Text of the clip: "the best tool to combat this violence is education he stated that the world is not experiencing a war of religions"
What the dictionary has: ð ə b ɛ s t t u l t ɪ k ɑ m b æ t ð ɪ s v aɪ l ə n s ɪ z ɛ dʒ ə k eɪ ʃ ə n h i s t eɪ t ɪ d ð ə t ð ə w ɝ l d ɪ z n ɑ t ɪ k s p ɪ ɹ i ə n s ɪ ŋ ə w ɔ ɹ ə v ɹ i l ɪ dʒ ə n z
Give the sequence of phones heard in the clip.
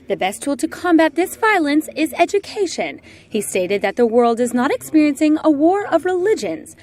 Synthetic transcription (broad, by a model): ð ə b ɛ s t t u l t ɪ k ɑ m b æ t ð ɪ s v aɪ l ə n s ɪ z ɛ dʒ ə k eɪ ʃ ə n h i s t eɪ t ɪ d ð ə t ð ə w ɝ l d ɪ z n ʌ t ɪ k s p ɪ ɹ i ə n s ɪ ŋ ə w ɔ ɹ ə v ɹ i l ɪ dʒ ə n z